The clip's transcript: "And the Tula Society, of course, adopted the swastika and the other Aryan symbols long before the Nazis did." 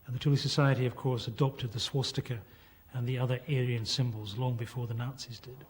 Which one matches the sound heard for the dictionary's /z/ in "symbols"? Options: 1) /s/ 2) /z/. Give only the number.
2